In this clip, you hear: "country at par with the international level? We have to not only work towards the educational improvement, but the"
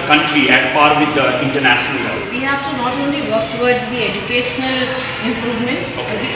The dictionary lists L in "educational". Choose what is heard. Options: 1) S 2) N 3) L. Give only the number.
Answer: 3